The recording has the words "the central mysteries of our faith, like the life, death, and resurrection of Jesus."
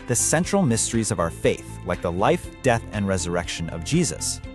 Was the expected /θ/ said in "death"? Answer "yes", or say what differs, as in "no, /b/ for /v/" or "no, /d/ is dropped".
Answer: yes